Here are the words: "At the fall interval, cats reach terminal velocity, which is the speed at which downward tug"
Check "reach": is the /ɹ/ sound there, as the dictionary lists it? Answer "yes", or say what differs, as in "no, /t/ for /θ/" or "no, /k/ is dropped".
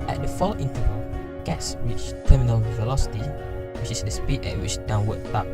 no, /w/ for /ɹ/